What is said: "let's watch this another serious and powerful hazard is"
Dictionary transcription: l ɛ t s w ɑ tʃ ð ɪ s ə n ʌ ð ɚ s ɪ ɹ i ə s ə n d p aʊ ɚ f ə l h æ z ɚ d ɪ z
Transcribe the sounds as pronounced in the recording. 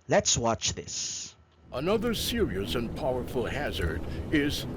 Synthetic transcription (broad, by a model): l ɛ t s w ɑ tʃ ð ɪ s ə n ʌ ð ɚ s ɪ ɹ i ə s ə n p aʊ ɚ f ə l h æ z ɚ d ɪ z